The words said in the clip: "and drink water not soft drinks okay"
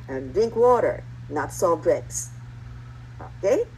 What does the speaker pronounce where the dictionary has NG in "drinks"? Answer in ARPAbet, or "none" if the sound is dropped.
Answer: none